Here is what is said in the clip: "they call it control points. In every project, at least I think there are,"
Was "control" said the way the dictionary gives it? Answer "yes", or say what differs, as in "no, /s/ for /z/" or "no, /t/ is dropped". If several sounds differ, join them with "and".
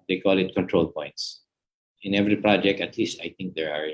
yes